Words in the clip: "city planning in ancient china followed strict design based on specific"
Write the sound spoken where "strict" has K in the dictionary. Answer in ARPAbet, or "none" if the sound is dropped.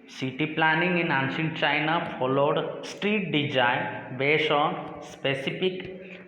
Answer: none